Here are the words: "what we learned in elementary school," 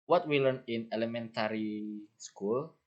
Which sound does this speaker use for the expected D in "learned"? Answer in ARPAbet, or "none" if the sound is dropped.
none